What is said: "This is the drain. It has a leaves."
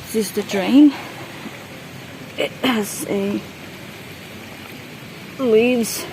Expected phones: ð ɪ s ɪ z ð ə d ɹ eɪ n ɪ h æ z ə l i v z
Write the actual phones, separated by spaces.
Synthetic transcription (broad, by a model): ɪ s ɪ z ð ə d ɹ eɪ ɪ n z ə l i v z